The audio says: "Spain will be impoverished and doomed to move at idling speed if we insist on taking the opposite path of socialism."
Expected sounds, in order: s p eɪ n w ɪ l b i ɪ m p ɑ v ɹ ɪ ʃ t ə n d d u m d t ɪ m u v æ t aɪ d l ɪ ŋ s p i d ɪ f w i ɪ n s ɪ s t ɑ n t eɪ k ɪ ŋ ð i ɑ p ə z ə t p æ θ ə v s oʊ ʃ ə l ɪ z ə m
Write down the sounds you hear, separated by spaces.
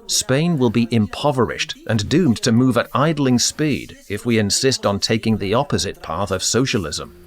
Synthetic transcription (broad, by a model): s p eɪ n w ɪ l b i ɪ m p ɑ v ɹ ɪ ʃ t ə n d d u m t ɪ m u v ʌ t aɪ d l ɪ ŋ s p i d ɪ f w i ɪ n s ɪ s t n t eɪ k ɪ ŋ ð i ɑ p ə z ə t p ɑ θ ə v s oʊ ʃ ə l ɪ z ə m